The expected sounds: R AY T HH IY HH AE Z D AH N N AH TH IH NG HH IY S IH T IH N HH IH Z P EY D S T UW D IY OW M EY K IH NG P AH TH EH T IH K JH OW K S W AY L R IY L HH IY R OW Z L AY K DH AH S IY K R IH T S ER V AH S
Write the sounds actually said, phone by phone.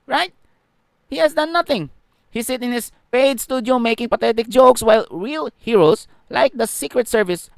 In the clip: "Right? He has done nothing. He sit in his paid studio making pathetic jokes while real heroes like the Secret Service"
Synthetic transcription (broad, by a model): R AY T HH IY HH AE S D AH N N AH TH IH NG HH IY S IH T IH N HH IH S P EY D S T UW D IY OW M EY K IH NG P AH T EH T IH K JH OW K S W AY L R IY L HH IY R OW S L AY K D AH S IY K R IH T S ER V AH S